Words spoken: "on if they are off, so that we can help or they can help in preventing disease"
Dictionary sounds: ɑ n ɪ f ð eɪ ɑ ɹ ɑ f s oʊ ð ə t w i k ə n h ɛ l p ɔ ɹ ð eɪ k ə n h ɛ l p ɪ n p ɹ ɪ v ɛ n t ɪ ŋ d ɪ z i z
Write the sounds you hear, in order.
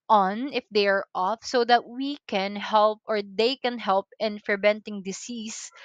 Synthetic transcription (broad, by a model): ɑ n ɪ f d eɪ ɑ ɹ ɑ f s oʊ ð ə t w i k ə n h ɛ l p ɔ ɹ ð eɪ k ə n h ɛ l p ɪ n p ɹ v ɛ n t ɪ ŋ d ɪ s i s